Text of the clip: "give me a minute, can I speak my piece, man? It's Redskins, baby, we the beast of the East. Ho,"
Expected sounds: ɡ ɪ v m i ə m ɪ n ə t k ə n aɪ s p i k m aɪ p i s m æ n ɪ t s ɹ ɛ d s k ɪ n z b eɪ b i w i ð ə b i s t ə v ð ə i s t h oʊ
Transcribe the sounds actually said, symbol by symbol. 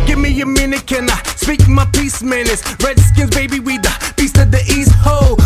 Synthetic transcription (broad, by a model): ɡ ɪ v m i ə m ɪ n ə t k ə n aɪ s p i k m aɪ p i s m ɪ n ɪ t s ɹ ɛ d s k ɪ n z b eɪ b i w i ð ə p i s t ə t ð ə i s t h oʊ